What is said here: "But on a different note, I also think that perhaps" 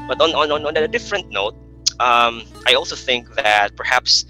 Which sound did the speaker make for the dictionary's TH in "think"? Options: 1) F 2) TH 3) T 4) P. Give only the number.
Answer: 2